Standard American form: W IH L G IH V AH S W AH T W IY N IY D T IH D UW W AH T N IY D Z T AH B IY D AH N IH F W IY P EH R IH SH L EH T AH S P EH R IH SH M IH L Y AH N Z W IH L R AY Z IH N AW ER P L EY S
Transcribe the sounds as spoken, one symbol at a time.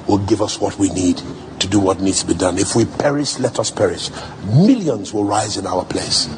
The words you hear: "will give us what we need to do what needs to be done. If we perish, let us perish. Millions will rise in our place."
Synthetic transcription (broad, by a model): W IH L G IH V AH S W AH T W IY N IY D T IH D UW W AH T N IY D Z T AH B IY D AH N IH F W IY P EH R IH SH L EH T AH S P EH R IH SH M IH L Y AH N Z W IH L R AY Z IH N AW ER P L EY S